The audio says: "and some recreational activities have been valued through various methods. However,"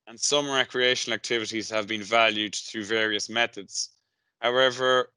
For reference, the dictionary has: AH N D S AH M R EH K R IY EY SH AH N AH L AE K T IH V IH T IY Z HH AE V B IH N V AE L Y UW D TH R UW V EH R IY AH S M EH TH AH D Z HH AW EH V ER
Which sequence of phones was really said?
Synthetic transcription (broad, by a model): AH N S AH M R EH K R IY EY SH AH N AH L AE K T IH V IH T IY Z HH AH V B IH N V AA L Y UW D TH R UW V EH R IY AH S M EH TH AH D Z HH AW EH V ER